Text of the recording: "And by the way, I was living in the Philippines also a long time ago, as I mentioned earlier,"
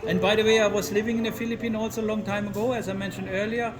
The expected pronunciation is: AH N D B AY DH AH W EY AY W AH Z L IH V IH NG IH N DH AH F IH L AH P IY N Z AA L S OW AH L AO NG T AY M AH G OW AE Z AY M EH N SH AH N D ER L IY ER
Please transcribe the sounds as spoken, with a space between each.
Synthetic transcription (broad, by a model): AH N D B AY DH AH W EY AY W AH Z L IH V IH NG IH N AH F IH L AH P IY N AA L S OW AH L AO NG T AY M AH G OW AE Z AY M EH N SH AH N D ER L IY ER